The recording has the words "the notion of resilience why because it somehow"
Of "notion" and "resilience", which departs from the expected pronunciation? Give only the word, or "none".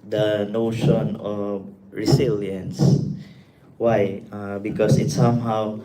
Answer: resilience